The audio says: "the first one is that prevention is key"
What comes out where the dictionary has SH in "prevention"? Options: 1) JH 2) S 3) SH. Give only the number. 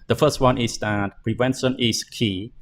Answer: 2